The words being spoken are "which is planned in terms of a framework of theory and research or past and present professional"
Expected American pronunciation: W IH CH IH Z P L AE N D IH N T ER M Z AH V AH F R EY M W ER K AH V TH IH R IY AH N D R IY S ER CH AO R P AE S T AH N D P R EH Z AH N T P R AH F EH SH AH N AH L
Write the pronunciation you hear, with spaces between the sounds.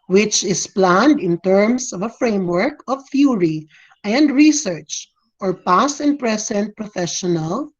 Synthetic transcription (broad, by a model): W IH CH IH S P L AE N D IH N T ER M S AH V AH F R EY M W ER K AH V F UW R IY AH N D R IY S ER CH AO R P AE S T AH N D P R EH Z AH N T P R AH F EH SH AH N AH L